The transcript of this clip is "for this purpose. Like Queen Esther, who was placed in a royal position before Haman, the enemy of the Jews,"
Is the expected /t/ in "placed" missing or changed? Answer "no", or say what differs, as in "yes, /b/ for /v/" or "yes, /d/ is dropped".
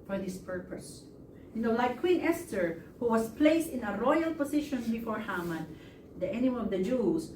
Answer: no